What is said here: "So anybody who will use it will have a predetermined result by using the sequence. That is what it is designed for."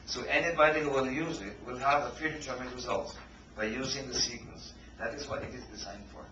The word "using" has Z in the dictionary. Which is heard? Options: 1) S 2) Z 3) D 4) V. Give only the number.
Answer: 2